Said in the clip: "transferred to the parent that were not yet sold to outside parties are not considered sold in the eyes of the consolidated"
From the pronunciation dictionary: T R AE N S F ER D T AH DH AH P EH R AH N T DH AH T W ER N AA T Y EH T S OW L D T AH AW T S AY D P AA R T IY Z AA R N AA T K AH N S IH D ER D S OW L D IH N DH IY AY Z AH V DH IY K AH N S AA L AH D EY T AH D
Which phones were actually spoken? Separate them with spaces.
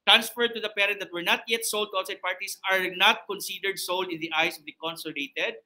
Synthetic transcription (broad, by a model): T R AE N S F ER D T AH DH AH P EH R AH N T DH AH T W ER N AA T Y EH T S OW L D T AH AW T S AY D P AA R T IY S AA R N AA T K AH N S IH D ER D S OW L D IH N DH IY AY S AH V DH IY K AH N S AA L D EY T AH D